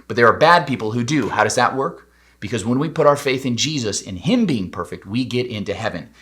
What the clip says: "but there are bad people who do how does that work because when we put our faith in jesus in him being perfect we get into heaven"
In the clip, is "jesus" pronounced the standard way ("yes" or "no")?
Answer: yes